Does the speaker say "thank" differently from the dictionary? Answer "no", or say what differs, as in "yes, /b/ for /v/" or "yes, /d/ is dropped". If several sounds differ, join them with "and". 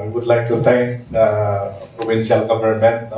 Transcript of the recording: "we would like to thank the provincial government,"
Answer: yes, /t/ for /θ/